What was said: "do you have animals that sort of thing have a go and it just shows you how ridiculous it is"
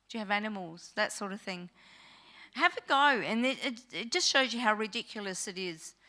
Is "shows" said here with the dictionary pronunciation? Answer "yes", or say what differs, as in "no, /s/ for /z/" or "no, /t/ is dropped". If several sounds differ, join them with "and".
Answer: yes